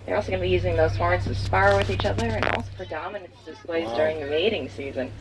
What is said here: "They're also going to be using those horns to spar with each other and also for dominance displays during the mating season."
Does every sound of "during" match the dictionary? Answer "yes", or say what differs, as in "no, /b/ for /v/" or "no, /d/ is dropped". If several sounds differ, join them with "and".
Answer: yes